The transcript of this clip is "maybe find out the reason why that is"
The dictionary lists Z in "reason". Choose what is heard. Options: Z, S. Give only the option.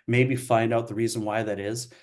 Z